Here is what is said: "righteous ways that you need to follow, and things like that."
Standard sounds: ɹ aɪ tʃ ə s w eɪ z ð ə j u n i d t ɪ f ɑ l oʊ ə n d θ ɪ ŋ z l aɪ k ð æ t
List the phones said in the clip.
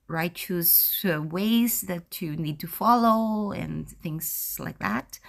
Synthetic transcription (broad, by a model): ɹ aɪ tʃ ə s w eɪ z ð ə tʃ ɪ n i d t ɪ f ɑ l oʊ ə n θ ɪ ŋ z l aɪ k ð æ t